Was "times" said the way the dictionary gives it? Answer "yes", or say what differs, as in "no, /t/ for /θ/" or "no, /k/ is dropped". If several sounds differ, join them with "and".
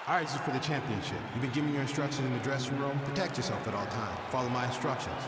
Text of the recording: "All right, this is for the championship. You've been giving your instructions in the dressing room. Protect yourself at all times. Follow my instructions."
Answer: no, /z/ is dropped